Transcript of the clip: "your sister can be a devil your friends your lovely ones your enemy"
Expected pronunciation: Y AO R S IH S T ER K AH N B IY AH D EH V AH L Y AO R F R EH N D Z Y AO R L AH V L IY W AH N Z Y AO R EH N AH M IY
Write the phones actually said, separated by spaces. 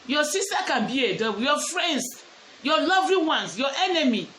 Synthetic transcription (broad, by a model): Y AO S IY S T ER K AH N B IY AH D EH W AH Y AO F R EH N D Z Y AO L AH V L IY W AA N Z Y AO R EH N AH M IY